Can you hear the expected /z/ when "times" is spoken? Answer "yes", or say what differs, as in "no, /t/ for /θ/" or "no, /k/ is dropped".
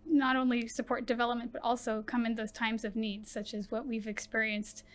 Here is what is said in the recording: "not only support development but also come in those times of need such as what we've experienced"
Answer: yes